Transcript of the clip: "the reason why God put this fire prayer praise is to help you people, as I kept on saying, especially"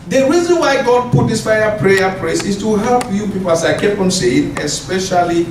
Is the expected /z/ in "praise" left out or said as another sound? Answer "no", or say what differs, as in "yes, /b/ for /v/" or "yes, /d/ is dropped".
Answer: yes, /s/ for /z/